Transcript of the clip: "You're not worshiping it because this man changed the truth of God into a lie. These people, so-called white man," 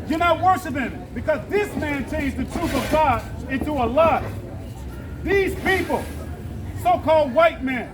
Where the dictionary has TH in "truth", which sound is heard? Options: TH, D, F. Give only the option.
TH